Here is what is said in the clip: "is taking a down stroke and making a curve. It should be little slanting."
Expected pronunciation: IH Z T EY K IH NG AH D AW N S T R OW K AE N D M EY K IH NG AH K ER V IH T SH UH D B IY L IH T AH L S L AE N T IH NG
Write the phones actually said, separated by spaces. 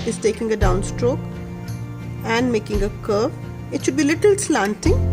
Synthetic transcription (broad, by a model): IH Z T EY K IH NG AH D AW N S T R OW K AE N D M EY K IH NG AH K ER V IH T SH UH D B IY L IH T AH L S L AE N T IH NG